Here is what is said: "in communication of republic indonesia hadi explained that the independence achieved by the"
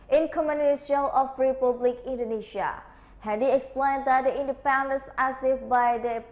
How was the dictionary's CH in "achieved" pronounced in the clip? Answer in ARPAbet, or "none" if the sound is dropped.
S